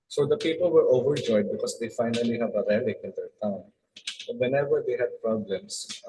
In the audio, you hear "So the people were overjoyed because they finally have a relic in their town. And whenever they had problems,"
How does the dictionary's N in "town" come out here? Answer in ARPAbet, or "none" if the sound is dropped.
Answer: none